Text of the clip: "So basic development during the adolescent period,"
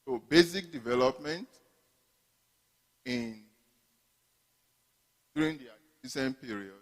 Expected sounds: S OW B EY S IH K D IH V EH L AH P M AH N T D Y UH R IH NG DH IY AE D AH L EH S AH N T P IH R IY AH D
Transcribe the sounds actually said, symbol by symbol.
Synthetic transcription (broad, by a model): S OW B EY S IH K D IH V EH L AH P M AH N T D Y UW R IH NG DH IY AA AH IY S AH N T P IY R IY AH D